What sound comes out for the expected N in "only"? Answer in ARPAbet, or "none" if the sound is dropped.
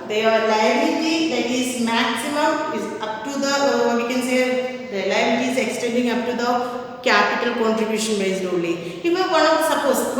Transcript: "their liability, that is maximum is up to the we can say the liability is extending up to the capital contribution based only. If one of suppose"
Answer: none